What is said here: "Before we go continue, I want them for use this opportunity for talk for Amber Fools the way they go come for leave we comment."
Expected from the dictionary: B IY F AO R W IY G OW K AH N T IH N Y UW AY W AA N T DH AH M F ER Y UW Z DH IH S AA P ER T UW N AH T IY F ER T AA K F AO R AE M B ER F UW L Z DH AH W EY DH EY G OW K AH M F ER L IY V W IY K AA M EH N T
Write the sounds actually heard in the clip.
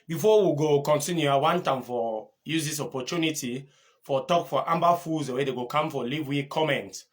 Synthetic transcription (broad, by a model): B IY F AO W IY G OW K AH N T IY N Y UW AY W AA N T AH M F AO Y UW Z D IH S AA P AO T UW N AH T IY F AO T AA K F AO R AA M B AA F UW Z W EY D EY G OW K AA M F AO L IY V W IY K AA M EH N T